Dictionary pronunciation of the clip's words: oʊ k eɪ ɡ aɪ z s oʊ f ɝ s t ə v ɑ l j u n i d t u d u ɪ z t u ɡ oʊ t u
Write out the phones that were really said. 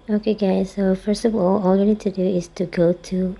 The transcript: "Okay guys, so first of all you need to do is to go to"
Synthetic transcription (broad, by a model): oʊ k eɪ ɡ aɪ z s oʊ f ɝ s t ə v ɑ l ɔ l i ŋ t u d u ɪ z t u ɡ oʊ t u